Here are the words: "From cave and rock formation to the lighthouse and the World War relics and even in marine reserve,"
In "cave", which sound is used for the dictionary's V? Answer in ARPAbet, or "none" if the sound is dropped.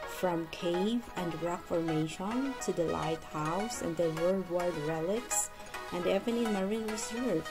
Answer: V